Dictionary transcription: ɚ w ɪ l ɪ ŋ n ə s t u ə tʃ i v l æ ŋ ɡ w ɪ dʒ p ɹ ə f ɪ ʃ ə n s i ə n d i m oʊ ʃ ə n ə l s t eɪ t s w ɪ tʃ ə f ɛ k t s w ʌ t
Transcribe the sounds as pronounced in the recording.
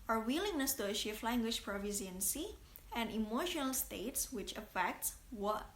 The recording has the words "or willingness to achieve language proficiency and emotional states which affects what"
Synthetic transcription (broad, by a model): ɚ w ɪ l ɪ ŋ n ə s t u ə ʃ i f l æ ŋ ɡ w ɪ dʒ p ɹ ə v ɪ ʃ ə n s i ə n d i m oʊ ʃ ə n ə l s t eɪ t s w ɪ tʃ ə f ɛ k t s w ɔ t